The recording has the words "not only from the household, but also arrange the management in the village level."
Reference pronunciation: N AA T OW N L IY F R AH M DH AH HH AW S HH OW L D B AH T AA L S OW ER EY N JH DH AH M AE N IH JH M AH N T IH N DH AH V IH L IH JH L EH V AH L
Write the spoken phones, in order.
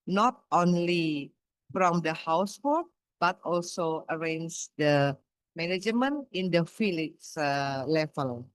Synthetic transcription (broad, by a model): N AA T OW N L IY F R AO M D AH HH AW S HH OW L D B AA T AA L S OW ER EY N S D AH M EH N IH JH M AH N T IH N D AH F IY L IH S L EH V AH L